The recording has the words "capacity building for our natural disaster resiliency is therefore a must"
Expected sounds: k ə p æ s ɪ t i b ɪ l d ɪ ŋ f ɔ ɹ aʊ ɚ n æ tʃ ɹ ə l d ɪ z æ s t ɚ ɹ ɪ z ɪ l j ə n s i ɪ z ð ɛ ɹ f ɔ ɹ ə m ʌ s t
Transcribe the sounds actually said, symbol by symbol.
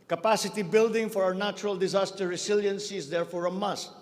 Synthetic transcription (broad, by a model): k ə p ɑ s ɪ t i b ɪ l d ɪ ŋ f ɔ ɹ aʊ ɚ n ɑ tʃ ɹ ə l d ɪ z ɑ s t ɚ ɹ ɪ s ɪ l j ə n s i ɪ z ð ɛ ɹ f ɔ ɹ ə m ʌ s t